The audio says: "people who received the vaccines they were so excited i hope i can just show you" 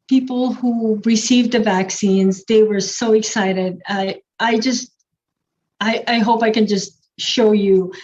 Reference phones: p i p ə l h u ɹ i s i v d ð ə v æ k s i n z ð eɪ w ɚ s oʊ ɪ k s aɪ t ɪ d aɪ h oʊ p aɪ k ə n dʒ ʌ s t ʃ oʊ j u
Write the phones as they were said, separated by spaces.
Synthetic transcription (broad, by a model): p i p l h u ɹ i s i v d ð ə v æ k s i n z ð eɪ w ɚ s oʊ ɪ k s aɪ t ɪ d aɪ h oʊ p aɪ k ə n dʒ ʌ s t ʃ oʊ j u